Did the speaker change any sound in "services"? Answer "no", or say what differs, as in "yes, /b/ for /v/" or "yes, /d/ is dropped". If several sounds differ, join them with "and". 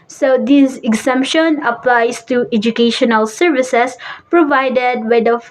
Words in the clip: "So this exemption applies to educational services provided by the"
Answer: yes, /s/ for /z/